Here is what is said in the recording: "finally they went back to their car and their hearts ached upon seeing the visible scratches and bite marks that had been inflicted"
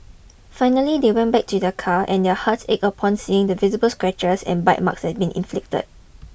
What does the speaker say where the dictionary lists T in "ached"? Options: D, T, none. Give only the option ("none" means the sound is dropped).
none